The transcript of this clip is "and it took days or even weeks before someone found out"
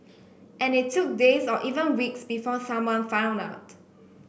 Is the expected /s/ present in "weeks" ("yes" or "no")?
yes